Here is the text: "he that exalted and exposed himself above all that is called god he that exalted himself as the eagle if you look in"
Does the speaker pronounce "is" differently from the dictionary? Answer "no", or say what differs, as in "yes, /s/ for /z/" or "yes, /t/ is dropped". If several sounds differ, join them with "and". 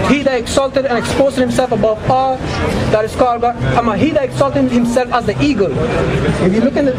yes, /s/ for /z/